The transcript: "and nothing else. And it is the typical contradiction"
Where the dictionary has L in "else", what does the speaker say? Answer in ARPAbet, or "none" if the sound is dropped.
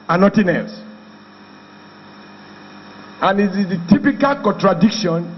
none